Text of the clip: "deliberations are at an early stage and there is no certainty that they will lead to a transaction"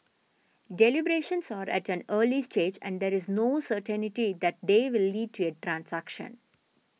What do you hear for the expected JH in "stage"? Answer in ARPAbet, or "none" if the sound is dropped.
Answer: JH